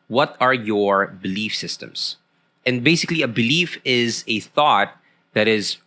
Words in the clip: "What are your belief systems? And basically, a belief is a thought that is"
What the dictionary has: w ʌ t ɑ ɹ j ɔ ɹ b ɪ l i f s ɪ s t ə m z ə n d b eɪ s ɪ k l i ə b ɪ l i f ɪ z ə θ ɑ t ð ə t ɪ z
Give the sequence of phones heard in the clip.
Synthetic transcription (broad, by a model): w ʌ t ɑ ɹ j ɔ ɹ b ɪ l i f s ɪ s t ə m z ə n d b eɪ s ɪ k l i ə b ɪ l i f ɪ z ə θ ɑ t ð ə t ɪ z